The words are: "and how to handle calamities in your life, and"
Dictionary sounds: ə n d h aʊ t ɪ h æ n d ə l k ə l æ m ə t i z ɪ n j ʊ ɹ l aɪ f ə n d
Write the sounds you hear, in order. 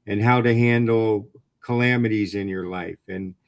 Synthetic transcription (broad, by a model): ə n h aʊ t ɪ h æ n d l k ə l æ m ə t i z ɪ n j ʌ ɹ l aɪ f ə n